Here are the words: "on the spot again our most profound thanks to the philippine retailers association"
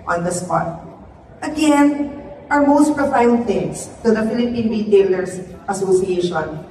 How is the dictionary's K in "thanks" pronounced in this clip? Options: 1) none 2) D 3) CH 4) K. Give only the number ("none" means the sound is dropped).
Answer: 1